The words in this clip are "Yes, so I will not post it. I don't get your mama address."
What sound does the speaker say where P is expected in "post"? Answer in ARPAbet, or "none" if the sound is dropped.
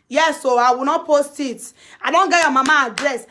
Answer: P